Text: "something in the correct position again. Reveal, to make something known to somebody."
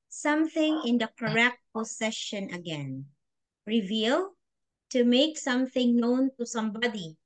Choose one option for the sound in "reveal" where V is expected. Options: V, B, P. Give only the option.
V